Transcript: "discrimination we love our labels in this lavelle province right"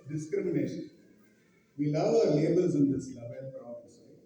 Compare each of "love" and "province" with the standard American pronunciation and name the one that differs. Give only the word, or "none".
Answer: province